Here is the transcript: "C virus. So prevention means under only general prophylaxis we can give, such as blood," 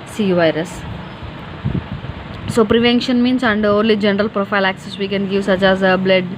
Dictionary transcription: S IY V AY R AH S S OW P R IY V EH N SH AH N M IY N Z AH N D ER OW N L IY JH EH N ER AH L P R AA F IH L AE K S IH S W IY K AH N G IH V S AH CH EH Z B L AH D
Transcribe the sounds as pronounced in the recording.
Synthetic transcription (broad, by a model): S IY V AY R AH S S OW P R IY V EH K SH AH N M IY N S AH N D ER OW N L IY JH EH N ER AH L P R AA F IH L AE K S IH S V IY K AH N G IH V S AH CH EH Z B L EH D